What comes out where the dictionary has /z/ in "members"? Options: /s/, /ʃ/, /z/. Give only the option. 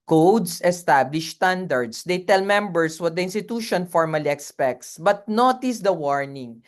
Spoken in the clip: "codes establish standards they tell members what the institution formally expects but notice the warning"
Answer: /s/